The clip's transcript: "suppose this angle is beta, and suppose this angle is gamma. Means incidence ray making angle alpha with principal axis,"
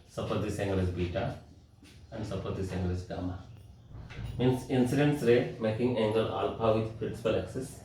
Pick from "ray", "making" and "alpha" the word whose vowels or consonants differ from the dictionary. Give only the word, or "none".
alpha